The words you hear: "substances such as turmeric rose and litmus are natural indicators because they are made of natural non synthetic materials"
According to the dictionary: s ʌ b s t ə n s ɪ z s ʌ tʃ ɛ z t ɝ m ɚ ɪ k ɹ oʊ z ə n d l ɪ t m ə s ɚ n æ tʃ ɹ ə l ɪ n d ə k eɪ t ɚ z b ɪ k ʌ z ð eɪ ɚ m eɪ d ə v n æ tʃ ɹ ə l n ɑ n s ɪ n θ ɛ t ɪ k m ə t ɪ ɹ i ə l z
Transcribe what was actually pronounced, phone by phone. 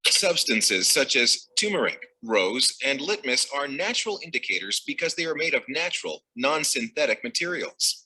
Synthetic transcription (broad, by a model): s ʌ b s t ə n s ɪ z s ʌ tʃ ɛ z t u m ɚ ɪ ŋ ɹ oʊ z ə n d l ɪ t m ə s ɚ n æ tʃ ɹ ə l ɪ n d ə k eɪ t ɚ z b ɪ k ʌ z ð eɪ ɚ m eɪ d ə v n æ tʃ ɹ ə l n ɑ n s ɪ n θ ɛ t ɪ k m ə t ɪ ɹ i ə l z